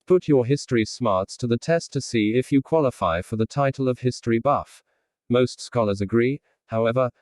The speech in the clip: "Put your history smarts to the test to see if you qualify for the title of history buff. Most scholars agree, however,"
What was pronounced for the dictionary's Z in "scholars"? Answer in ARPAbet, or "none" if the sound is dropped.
Z